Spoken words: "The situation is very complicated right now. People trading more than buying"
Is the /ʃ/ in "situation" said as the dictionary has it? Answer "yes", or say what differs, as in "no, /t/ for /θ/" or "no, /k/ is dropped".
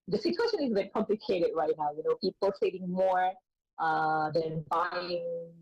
yes